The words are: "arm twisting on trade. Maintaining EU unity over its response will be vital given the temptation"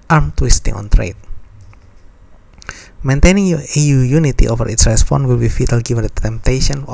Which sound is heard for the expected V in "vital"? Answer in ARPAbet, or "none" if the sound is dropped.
F